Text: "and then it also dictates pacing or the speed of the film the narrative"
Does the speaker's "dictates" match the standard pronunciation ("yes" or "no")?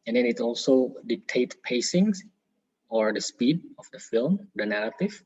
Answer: no